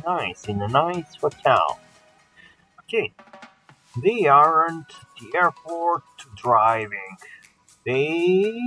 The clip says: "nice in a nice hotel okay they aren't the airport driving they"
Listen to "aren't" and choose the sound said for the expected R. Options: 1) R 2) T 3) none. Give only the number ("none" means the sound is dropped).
1